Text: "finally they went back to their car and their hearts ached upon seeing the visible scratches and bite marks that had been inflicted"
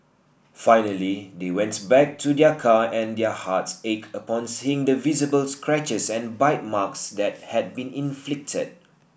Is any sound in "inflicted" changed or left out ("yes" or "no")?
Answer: no